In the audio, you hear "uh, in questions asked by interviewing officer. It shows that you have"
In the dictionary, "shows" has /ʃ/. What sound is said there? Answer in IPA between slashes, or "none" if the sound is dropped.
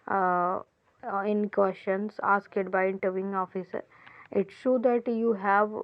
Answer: /s/